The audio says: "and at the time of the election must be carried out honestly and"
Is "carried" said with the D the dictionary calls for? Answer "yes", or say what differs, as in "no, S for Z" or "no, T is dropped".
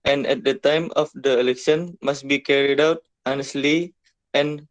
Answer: yes